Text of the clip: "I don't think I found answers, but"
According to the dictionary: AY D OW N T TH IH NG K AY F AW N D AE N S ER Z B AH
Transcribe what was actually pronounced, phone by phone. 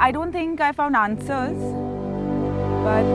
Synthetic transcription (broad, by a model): AY D OW N T T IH NG K AY F AW N D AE N S ER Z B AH